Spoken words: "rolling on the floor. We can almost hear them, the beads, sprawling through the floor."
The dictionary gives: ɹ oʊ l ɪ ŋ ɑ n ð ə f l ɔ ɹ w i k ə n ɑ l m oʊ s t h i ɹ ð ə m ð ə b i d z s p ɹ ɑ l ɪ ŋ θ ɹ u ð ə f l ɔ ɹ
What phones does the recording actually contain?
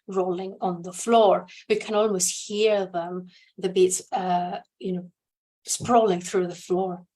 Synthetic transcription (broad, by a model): ɹ oʊ l ɪ ŋ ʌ n ð ə f l ɔ ɹ w i k ə n ɑ l m oʊ s t h i ɹ ð ə m ð ə b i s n s p ɹ ɑ l ɪ ŋ θ ɹ u ð ə f l ɔ ɹ